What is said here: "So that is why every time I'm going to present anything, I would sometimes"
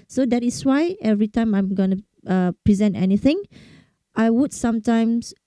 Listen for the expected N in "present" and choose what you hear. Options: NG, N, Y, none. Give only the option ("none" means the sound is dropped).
N